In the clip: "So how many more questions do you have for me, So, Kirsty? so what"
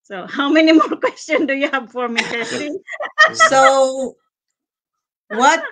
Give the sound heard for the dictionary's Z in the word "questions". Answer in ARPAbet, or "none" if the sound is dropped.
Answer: none